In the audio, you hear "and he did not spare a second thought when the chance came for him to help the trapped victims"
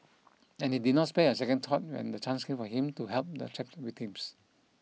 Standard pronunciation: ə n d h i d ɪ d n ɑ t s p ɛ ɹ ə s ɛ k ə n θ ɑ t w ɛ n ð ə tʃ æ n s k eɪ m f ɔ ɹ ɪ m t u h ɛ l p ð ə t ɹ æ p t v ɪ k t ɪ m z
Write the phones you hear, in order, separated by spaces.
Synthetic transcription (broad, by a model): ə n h i d ɪ d n ɑ t s p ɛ ə s ɛ k ə n t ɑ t w ɛ n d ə tʃ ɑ n s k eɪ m f ɔ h ɪ m t u h ɛ l p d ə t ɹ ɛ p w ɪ t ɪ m s